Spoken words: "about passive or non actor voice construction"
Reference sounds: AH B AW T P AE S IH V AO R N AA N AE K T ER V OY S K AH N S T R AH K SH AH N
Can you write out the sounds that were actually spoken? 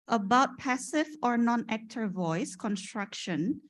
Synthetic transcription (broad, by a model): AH B AW T P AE S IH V AO R N AA N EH K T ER V OY S K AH N S T R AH K SH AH N